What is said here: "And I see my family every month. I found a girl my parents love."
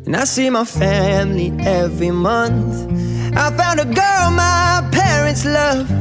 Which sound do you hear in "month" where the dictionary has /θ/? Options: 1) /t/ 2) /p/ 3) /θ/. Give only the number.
3